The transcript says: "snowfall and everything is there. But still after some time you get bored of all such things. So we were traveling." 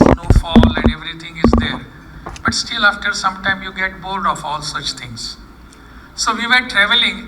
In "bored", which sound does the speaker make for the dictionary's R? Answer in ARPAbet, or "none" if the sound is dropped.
L